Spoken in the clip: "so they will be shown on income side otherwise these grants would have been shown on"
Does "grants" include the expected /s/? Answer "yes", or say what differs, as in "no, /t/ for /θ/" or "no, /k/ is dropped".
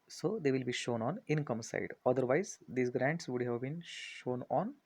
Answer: yes